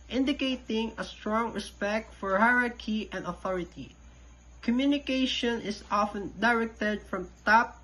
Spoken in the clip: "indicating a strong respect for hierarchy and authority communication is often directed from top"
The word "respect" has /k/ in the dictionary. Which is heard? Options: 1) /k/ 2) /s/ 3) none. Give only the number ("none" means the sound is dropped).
1